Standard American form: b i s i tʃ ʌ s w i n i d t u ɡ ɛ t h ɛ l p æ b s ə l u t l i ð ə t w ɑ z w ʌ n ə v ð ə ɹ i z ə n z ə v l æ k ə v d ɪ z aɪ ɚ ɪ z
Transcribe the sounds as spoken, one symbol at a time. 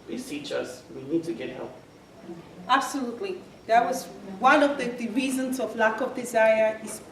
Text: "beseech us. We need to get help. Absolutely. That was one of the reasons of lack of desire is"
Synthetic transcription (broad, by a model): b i s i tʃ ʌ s w i n i d t u ɡ ɛ t h ɛ l p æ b s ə l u t l i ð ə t w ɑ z w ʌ n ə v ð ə ɹ i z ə n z ə v l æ k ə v d ɪ z aɪ ɚ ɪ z